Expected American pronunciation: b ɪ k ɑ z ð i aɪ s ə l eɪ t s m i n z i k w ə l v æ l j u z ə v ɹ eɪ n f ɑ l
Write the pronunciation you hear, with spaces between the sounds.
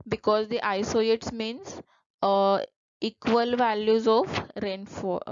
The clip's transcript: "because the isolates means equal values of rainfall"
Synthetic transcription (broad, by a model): b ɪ k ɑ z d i aɪ s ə eɪ t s m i n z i k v ə l v æ l j u z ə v ɹ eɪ n f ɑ